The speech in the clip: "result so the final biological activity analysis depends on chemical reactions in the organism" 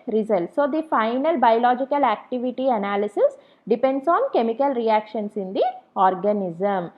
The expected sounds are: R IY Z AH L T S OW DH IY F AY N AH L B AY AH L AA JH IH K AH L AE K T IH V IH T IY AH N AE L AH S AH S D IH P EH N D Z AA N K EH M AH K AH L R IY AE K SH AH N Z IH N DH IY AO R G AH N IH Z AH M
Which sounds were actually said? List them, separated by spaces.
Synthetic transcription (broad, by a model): R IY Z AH L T S OW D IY F AY N AH L B AY AH L AA JH IH K AH L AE K T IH V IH T IY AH N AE L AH S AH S D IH P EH N D S AA N K EH M AH K AH L R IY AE K SH AH N S IH N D IY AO R G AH N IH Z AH M